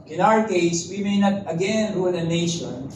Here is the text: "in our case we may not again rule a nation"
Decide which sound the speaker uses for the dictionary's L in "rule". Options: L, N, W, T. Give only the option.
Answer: N